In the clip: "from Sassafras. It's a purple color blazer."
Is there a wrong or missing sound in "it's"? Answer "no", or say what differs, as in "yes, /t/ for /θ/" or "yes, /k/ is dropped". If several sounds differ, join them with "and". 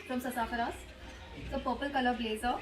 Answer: yes, /s/ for /t/